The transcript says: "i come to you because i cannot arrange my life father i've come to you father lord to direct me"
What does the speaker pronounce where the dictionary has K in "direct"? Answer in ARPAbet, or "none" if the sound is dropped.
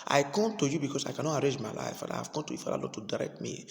K